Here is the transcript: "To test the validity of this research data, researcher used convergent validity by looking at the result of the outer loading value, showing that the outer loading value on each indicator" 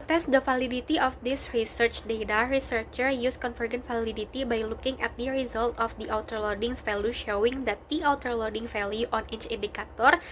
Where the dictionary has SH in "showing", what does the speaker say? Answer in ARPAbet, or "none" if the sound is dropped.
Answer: SH